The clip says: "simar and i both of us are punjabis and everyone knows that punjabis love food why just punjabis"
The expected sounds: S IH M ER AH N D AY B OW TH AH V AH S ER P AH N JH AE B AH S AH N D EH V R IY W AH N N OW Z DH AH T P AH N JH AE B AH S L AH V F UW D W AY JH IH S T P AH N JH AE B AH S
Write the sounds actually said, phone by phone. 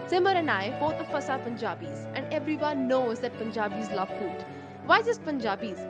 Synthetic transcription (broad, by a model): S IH M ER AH N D AY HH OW T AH F AH S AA P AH N JH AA B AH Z AH N D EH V R IY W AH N N OW Z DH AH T P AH N JH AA B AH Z L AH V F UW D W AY Z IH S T P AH N JH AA B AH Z